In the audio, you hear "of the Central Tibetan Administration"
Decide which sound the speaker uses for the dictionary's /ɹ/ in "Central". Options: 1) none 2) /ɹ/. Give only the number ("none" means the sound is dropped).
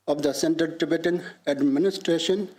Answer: 1